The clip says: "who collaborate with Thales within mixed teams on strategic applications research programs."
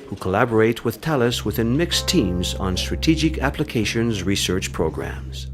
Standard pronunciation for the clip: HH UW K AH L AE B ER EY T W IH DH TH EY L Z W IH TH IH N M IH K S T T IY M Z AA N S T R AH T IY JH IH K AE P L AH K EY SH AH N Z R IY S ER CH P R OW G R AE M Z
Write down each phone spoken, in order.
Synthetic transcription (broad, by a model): HH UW K AH L AE B ER EY T W IH DH T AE L S W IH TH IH N M IH K S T T IY M Z N S T R AH T IY JH IH K AE P L AH K EY SH AH N Z R IY S ER CH P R OW G R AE M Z